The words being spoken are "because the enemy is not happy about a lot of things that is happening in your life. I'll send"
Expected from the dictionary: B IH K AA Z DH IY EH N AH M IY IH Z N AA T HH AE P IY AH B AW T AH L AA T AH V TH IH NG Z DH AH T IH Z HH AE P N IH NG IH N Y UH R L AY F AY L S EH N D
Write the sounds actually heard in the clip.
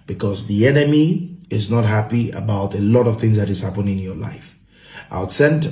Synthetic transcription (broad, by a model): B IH K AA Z DH IY EH N AH M IY IH Z N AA T HH AE P IY AH B AW T AH L AA T AH V TH IH NG Z DH AH T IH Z HH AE P IH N IH N Y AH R L AY F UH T S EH N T